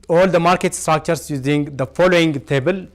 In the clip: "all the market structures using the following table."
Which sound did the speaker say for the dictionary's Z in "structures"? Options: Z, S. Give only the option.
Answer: S